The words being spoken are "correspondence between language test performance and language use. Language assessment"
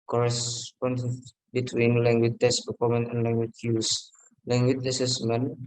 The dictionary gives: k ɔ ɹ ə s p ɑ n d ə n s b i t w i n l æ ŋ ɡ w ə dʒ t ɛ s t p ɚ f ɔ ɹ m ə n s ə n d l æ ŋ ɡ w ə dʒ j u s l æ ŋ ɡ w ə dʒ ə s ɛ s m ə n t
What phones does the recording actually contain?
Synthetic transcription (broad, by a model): k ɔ ɹ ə s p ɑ n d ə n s b i t w i n l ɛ ŋ ɡ w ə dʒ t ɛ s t p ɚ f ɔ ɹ m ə n ə n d l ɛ ŋ ɡ w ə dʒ j u s l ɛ ŋ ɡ w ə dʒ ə s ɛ s m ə n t